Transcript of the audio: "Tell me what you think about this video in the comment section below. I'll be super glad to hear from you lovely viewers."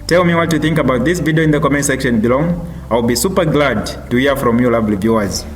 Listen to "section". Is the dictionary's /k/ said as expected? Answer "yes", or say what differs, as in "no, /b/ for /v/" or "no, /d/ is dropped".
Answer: yes